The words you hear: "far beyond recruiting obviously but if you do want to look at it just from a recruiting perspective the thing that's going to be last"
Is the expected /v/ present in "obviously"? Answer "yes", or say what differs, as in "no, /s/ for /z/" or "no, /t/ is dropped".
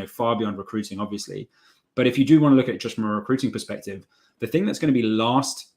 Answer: yes